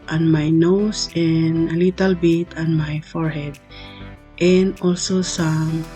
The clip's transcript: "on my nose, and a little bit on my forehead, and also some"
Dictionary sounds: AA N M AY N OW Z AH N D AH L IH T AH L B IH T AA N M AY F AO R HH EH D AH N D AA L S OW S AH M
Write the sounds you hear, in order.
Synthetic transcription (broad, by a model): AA N M AY N OW S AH N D AH L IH T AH L B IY T AA N M AY F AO R HH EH D AH N D AA L S OW S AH M